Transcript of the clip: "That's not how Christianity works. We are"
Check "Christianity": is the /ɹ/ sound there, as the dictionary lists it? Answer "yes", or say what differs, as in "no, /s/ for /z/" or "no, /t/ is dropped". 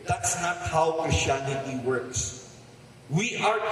no, /ɹ/ is dropped